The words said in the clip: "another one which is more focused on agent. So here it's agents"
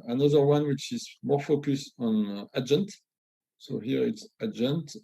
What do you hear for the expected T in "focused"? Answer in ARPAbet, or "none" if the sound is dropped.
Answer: none